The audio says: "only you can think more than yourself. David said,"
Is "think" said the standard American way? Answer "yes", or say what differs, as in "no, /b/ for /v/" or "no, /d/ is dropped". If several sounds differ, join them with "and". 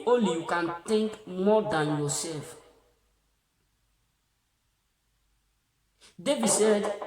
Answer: no, /t/ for /θ/